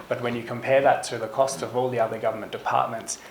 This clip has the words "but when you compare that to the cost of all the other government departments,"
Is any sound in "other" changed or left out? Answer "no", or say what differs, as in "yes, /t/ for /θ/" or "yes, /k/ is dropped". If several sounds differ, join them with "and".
no